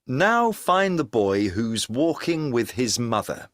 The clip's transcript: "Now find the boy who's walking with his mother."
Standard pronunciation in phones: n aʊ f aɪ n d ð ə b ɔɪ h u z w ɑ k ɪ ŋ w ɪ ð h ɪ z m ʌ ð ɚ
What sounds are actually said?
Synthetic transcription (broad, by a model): n aʊ f aɪ n ð ə b ɔɪ h u z w ɑ k ɪ ŋ w ɪ ð ɪ z m ʌ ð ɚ